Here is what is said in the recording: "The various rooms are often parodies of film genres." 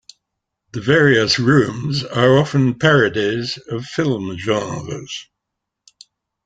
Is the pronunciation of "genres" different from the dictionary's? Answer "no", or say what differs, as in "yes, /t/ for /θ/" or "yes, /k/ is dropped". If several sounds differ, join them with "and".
yes, /n/ is dropped